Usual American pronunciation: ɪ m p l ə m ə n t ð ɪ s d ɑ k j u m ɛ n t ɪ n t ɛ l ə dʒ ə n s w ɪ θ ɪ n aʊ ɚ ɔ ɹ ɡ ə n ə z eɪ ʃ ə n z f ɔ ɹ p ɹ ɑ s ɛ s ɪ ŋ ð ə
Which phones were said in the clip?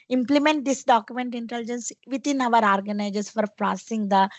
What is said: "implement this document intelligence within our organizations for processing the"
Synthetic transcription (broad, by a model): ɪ m p l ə m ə n t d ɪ s d ɑ k j u m ɛ n t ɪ n t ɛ l dʒ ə n s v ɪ t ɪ n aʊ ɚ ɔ ɹ ɡ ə n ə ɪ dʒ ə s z f ɔ ɹ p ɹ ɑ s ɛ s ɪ ŋ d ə